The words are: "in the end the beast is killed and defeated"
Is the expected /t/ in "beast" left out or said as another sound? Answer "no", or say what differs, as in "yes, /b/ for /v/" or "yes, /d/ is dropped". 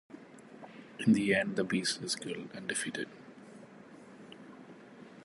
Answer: yes, /t/ is dropped